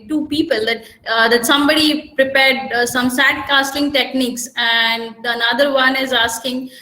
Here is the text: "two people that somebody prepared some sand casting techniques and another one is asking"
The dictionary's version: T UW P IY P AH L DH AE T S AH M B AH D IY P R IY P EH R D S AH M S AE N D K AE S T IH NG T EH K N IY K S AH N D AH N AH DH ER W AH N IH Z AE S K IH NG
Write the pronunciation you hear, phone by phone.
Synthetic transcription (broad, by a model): T UW P IY P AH L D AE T S AH M B AH D IY P R IY P EH R D S AH M S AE D K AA S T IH NG T EH K N IY K S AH N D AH N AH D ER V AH N IH Z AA S K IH NG